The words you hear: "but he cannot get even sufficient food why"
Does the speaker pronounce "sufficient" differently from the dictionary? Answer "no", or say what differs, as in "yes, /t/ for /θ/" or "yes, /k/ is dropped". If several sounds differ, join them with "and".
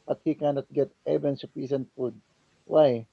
yes, /s/ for /ʃ/